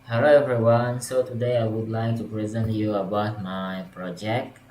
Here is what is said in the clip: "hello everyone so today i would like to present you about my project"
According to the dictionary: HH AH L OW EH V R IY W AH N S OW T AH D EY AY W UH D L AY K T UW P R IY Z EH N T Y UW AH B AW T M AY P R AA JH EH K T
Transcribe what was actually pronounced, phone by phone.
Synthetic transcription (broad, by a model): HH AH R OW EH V R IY W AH N S OW T AH D EY AY W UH D L AY K T UW P R IY Z EH N T Y UW AH B AW T M AY P R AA JH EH K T